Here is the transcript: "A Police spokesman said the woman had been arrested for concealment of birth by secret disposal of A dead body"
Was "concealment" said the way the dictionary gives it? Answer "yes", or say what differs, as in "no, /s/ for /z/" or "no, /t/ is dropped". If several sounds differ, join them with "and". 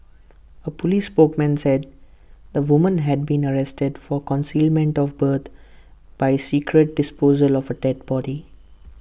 yes